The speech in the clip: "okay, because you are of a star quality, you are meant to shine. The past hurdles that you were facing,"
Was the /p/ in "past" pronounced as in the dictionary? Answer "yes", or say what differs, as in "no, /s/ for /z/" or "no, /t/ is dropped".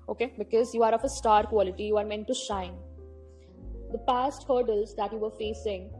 yes